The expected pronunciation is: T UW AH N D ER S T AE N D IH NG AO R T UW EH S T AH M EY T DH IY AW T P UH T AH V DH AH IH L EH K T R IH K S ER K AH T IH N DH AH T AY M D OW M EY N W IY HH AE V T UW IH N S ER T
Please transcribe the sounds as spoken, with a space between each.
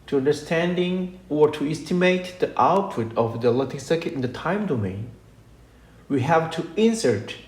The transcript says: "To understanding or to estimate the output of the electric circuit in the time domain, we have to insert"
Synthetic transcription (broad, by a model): T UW AH N D ER S T AE N D IH NG AO R T UW EH S T AH M EY T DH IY AW T P UH T AH V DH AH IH L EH T IH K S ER K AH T IH N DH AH T AY M D OW M EY N W IY HH AE V T UW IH N S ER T